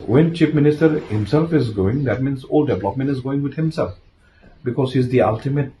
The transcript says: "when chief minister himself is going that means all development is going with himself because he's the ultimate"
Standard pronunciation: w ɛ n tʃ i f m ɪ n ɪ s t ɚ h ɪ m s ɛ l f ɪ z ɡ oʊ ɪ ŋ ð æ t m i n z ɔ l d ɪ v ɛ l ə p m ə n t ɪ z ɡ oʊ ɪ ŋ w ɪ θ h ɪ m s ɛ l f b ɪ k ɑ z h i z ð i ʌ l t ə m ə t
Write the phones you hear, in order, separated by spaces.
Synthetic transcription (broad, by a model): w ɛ n tʃ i p m ɪ n ɪ s t ɚ h ɪ m s ɛ l f ɪ z ɡ oʊ ɪ ŋ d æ t m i n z ɔ l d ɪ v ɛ l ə p m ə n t ɪ z ɡ oʊ ɪ ŋ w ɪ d h ɪ m s ɛ l f b ɪ k ɑ z h i z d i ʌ l t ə m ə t